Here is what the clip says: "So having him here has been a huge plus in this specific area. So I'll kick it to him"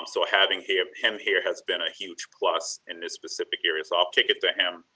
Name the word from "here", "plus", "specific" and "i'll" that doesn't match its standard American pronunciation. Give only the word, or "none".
none